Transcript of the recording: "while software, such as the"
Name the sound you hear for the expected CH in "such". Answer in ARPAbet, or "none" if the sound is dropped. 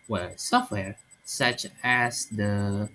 CH